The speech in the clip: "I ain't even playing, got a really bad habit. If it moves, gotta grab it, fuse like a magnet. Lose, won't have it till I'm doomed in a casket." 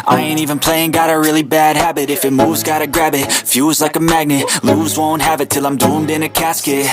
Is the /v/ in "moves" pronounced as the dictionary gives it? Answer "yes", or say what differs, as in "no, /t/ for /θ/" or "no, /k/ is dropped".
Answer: no, /v/ is dropped